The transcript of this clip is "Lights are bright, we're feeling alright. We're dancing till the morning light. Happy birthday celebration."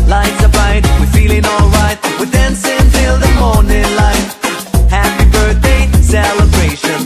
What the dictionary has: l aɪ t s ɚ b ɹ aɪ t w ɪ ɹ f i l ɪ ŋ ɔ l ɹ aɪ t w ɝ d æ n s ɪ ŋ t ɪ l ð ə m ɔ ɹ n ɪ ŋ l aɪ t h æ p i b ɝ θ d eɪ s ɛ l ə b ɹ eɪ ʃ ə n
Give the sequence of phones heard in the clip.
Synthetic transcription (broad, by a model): l aɪ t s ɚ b aɪ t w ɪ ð f i l ɪ ŋ ɔ l ɹ aɪ t w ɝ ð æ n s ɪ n t ɪ l ð ə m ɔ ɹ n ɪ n l aɪ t h æ p i b ɝ θ d eɪ s ɛ l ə b ɹ eɪ ʃ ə n